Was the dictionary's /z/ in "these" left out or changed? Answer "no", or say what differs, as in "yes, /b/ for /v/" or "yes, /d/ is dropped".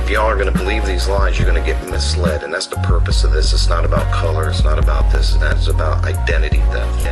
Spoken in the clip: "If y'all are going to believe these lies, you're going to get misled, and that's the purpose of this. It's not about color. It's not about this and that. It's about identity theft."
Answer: no